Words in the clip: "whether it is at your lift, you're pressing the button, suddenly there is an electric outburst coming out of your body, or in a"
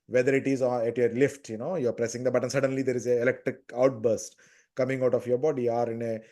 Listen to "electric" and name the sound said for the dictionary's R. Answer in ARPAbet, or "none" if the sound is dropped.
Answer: R